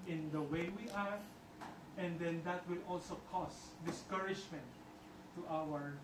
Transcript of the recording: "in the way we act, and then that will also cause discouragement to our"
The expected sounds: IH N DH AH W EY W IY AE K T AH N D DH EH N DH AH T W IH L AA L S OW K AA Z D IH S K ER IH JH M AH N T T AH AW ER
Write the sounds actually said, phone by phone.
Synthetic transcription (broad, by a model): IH N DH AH W EY W IY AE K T AH N D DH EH N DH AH T W IH L AA L S OW K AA S D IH S K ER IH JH M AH N T T AW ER